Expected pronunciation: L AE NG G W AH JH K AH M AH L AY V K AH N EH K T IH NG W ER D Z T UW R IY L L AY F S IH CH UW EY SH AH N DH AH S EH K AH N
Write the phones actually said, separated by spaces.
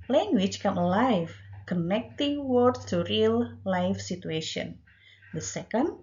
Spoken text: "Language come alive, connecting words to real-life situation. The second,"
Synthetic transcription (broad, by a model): L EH NG G W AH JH K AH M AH L AY F K AH N EH K T IH NG W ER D T UW R IY L L AY F S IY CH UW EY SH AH N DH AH S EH K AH N